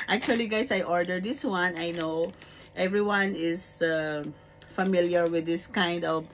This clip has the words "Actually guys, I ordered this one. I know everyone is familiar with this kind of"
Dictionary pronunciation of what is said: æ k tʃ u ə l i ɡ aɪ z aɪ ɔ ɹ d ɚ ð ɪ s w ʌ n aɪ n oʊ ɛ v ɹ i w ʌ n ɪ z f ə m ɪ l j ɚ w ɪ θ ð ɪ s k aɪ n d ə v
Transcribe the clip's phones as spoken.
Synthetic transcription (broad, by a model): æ k tʃ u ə l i ɡ aɪ s aɪ ɔ ɹ d ɚ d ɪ s w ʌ n aɪ n oʊ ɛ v ɹ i w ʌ n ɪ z f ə m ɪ l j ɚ w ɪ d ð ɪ s k aɪ n d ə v